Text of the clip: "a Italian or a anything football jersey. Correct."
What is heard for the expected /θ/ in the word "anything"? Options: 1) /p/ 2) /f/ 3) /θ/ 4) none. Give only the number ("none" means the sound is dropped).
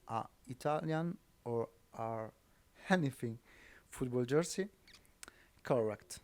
2